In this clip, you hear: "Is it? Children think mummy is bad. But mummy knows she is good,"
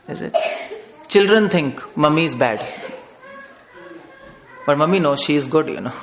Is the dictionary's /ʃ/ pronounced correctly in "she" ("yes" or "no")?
yes